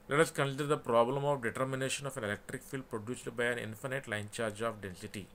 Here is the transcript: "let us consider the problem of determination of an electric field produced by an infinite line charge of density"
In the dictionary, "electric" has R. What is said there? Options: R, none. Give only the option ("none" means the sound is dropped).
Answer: R